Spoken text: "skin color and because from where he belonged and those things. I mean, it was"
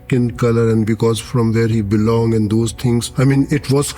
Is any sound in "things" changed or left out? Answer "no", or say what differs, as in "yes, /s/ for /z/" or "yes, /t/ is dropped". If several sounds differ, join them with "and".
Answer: yes, /t/ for /θ/